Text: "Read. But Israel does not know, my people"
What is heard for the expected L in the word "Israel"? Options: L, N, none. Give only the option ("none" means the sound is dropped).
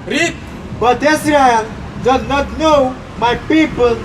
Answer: N